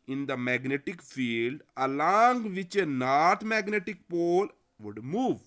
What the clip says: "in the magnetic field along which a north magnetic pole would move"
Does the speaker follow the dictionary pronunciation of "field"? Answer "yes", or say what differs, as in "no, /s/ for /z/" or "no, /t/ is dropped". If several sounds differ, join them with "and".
yes